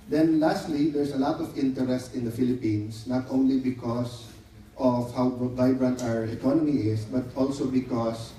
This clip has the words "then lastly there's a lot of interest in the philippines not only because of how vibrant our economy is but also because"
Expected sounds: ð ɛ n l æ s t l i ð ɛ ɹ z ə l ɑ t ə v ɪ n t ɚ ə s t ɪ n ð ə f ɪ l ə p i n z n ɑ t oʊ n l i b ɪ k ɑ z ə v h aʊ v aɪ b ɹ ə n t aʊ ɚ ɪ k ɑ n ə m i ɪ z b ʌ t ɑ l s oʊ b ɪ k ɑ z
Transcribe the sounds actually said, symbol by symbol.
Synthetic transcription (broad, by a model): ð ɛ n l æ s t l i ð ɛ ɹ s ə l ɑ t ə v ɪ n t ɚ ə s t ɪ n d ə f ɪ l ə p i n s n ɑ t oʊ n l i b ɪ k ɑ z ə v h aʊ v aɪ b ɹ ə n t aʊ ɚ ɪ k ɑ n ə m i ɪ s b ʌ t ɑ l s oʊ b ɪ k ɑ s